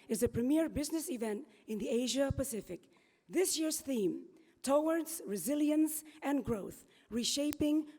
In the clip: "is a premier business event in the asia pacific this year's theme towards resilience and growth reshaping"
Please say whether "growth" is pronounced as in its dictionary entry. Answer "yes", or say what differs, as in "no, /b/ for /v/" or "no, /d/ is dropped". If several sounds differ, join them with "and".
yes